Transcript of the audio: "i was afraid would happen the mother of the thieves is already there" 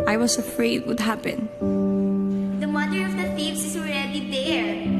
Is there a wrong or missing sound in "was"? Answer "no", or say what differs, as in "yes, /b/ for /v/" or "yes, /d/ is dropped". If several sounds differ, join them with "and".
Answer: yes, /s/ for /z/